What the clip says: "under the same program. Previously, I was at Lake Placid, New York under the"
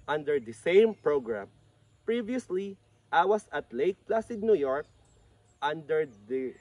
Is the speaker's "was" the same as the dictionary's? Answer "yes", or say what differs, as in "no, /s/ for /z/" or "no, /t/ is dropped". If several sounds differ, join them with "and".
no, /s/ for /z/